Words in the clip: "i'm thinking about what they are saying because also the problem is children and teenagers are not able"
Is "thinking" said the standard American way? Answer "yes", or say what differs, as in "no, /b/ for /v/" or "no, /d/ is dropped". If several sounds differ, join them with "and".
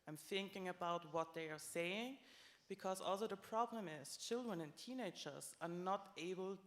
yes